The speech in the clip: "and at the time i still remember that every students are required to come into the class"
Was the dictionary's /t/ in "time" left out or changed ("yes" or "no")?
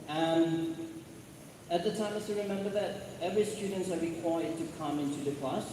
no